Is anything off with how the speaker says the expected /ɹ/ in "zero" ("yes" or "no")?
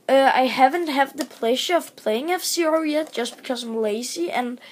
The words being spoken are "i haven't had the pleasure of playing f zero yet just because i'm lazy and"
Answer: yes